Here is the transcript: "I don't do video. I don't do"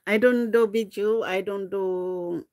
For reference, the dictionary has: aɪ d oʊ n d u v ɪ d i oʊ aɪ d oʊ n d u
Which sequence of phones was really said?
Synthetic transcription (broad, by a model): aɪ d oʊ n d u b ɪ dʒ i aɪ d oʊ n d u